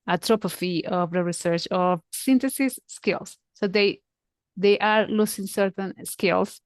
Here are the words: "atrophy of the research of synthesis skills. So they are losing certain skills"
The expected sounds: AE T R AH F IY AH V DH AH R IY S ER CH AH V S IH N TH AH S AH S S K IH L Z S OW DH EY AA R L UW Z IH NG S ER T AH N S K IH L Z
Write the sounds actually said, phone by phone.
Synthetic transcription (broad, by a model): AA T R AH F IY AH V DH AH R IY S ER CH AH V S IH N T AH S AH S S K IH L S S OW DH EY AA R L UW S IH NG S ER T AH N S K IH L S